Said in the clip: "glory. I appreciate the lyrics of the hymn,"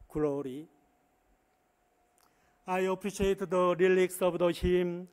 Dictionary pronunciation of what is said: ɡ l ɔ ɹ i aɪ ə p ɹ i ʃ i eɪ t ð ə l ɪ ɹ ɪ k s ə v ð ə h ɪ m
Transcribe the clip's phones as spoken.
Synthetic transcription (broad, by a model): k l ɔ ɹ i aɪ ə p ɹ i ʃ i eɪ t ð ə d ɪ l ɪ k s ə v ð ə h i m